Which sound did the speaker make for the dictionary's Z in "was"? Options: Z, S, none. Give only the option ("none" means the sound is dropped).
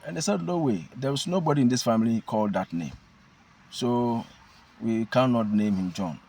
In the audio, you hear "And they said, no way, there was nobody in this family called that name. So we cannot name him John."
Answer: S